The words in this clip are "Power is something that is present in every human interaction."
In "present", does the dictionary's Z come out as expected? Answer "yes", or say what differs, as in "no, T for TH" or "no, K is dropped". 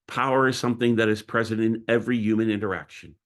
yes